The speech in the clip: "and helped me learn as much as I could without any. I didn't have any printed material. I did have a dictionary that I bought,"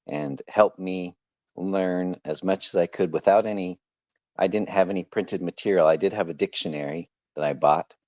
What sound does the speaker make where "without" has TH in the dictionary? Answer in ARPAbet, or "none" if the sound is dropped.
TH